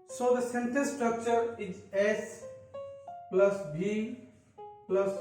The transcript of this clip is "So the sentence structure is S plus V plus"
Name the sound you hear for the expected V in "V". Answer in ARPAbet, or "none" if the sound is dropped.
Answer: B